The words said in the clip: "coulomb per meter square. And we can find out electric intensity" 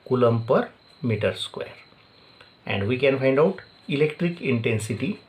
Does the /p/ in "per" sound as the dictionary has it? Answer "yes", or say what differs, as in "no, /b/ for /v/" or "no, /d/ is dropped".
yes